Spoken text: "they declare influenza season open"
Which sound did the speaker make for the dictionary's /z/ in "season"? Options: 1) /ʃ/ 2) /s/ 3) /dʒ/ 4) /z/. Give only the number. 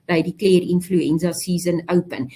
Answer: 2